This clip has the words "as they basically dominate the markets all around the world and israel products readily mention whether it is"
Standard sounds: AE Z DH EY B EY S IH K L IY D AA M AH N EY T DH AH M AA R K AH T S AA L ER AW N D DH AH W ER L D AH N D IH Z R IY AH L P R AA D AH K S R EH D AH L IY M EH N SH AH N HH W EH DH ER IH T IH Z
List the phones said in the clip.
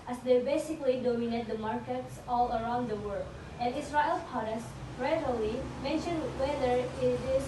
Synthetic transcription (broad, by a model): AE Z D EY B EY S IH K L IY D AA M AH N EY T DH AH M AA R K AH T S AA L ER AW N D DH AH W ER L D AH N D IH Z R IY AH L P AA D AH S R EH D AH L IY M EH N SH AH N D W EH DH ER IH T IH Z